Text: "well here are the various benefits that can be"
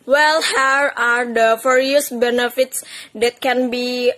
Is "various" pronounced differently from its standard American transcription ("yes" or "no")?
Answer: yes